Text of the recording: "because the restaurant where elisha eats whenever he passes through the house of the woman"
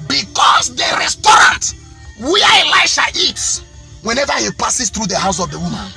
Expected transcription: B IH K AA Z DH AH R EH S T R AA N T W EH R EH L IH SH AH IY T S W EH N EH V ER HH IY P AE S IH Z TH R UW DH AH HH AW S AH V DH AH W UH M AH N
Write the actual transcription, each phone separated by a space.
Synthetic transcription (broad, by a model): B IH K AA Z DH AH R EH S T R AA N T W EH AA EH L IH SH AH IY T W EH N EH V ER HH IY P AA S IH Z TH R UW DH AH HH AW S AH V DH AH W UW M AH N